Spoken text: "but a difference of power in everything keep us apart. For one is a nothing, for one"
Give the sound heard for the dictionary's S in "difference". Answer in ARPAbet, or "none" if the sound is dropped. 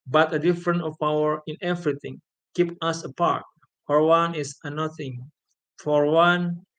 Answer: none